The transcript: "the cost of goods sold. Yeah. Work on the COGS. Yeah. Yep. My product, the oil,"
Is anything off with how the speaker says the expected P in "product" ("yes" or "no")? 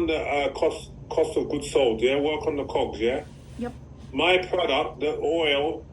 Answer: no